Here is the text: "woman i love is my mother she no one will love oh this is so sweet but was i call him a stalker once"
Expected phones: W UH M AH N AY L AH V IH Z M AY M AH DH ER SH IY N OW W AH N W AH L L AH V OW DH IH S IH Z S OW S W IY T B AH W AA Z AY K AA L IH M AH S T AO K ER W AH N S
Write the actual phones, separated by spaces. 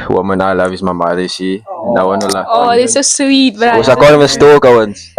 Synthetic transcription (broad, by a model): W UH M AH N AY L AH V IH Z M AY M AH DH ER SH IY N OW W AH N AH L L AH OW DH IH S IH S OW S W IY T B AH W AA S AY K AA N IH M AH S T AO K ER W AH N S